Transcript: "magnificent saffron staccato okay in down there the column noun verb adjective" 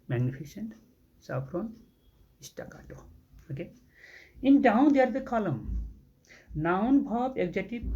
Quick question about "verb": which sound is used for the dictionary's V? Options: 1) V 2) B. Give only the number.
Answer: 2